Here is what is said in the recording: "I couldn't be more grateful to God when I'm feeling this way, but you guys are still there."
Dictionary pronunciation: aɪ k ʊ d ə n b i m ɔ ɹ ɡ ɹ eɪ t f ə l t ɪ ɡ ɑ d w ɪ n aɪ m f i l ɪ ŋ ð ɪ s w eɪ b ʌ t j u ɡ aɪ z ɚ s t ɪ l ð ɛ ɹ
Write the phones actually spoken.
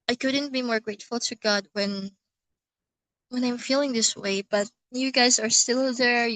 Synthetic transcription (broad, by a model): aɪ k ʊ d n b i m ɔ ɹ ɡ ɹ eɪ t f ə l t ɪ ɡ ɑ d w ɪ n aɪ m f i l ɪ ŋ ð ɪ s w eɪ b ʌ t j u ɡ aɪ z ɚ s t ɪ l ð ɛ ɹ